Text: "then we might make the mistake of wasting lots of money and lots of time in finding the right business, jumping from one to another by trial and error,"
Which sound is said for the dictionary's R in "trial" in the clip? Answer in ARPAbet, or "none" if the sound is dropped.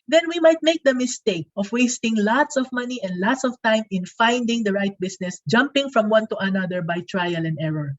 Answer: R